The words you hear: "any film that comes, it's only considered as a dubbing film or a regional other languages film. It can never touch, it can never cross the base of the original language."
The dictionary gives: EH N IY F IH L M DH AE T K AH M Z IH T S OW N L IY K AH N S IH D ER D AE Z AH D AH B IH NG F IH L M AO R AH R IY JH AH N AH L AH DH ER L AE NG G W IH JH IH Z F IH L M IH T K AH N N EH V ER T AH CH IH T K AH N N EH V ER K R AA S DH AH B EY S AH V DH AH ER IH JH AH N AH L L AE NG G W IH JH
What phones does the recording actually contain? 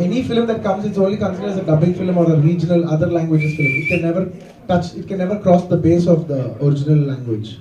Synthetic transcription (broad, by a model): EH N IY F IH L M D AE T K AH M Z IH T S OW N L IY K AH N S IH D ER D AE Z AH D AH B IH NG F IH L M AO R AH R IY JH AH N AH L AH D ER L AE NG G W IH JH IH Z F IH L M IH T K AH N N EH V ER T AH CH IH T K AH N N EH V ER K R AA S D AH B EY S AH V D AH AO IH JH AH N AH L L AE NG G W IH JH